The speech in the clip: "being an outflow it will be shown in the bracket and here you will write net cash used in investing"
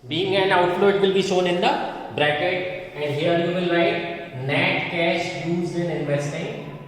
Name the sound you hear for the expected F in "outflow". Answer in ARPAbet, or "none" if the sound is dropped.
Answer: none